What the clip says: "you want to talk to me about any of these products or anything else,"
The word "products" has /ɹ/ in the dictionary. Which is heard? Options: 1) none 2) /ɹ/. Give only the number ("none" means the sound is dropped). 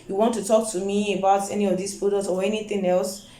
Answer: 1